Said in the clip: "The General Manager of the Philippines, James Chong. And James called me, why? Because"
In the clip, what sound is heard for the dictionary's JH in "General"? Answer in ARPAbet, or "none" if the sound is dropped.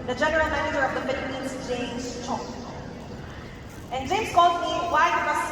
JH